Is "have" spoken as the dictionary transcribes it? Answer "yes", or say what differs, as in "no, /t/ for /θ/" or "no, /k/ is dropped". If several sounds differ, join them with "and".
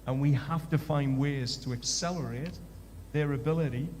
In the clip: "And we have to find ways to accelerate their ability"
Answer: no, /f/ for /v/